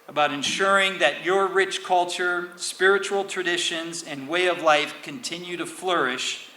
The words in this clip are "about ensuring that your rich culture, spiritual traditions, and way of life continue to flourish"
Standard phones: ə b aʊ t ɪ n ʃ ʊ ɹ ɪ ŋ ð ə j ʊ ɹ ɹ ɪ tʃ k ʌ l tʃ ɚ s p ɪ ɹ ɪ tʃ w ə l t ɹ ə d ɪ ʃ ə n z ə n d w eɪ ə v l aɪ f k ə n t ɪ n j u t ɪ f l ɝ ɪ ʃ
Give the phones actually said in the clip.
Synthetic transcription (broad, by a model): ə b aʊ t ɪ n ʃ ʊ ɹ ɪ ŋ ð ə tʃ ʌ ɹ ɹ ɪ tʃ k ʌ l tʃ ɚ s p ɪ ɹ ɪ tʃ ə l t ɹ ə d ɪ ʃ ə n z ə n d w eɪ ə v l aɪ f k ə n t ɪ n j u t ɪ f l ɝ ɪ ʃ